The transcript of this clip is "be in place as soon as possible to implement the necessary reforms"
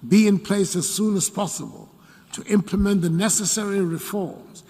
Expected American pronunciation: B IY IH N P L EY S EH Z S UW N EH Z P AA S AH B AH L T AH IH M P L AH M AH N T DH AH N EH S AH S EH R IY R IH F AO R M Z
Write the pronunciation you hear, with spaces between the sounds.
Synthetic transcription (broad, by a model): B IY IH N P L EY S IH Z S UW N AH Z P AA S AH B AH L T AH IH M P L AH M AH N DH AH N EH S AH S EH R IY R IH F AO R M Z